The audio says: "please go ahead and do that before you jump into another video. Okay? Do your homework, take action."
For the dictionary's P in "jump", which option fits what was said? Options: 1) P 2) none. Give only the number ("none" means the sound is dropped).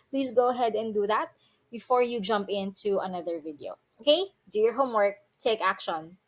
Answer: 1